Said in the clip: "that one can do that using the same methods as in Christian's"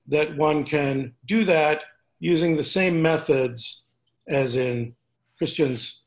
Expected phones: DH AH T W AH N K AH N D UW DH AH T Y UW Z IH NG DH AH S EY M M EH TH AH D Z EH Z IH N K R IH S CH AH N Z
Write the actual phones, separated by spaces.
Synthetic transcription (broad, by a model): DH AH T W AH N K AH N D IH DH AH T Y UW Z IH NG DH AH S EY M M EH TH AH D Z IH Z IH N K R IH S CH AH N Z